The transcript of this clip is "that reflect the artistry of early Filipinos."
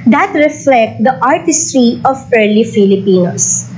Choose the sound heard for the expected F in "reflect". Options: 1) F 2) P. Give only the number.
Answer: 1